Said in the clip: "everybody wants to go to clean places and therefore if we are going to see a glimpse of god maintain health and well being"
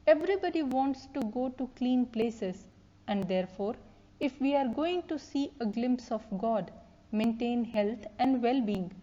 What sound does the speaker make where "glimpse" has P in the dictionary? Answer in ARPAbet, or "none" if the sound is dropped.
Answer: P